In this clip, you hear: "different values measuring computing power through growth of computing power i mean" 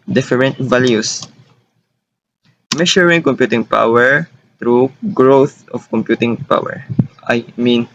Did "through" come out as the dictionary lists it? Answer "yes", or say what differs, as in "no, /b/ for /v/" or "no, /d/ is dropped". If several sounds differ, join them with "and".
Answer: no, /t/ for /θ/